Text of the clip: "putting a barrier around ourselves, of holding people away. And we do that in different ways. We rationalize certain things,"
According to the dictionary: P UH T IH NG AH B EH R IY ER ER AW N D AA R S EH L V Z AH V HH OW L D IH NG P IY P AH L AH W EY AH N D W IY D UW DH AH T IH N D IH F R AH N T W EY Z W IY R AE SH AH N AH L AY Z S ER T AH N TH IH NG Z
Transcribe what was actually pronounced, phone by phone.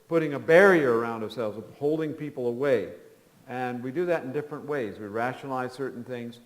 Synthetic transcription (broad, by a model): P UH T IH NG AH B EH R IY ER ER AW N D AA R S EH L V Z AH V HH OW L D IH NG P IY P L AH W EY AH N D W IY D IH DH AH T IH N D IH F R AH N T W EY Z W IY R AE SH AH N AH L AY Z S ER T N TH IH NG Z